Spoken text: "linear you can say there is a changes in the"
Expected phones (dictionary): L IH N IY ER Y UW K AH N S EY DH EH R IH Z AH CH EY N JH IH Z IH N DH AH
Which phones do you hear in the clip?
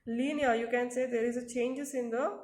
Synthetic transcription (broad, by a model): L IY N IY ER Y UW K AH N S EY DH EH R IH Z AH CH EY N JH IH S IH N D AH